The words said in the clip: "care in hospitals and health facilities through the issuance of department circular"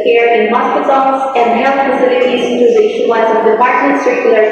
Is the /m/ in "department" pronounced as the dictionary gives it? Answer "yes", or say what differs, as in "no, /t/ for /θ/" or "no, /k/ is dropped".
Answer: yes